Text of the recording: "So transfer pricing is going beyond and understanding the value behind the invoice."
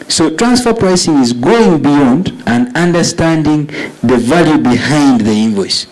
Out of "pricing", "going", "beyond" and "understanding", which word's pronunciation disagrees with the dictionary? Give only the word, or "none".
none